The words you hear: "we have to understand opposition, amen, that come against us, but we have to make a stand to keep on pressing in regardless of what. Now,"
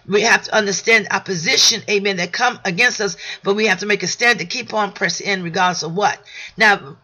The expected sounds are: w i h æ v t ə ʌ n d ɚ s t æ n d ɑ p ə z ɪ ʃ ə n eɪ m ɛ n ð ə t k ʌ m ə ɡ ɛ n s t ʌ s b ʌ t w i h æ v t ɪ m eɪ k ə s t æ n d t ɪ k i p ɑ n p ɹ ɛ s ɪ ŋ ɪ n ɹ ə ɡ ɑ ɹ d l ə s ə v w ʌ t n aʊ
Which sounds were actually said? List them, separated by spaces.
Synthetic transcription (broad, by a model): w i h æ f t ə ʌ n d ɚ s t æ n d ɑ p ə z ɪ ʃ ə n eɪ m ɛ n ð ə t k ʌ m ə ɡ ɛ n s t ʌ s b ʌ t w i h æ f t ɪ m eɪ k ə s t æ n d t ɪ k i p n p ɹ ɛ s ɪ ɪ n ɹ ə ɡ ɑ ɹ d l ə s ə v w ʌ t n aʊ